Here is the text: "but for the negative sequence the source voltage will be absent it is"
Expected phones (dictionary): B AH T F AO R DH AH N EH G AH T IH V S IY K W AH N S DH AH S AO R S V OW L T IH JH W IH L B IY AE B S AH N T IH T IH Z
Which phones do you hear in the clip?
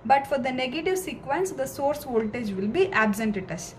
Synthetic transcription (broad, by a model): B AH T F AO R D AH N EH G AH T IH V S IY K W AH N S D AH S AO R S V OW L T IH JH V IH L B IY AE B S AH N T IH T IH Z